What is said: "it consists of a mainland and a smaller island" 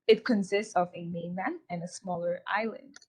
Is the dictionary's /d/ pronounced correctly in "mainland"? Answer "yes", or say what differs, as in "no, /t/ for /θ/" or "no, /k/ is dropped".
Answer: no, /d/ is dropped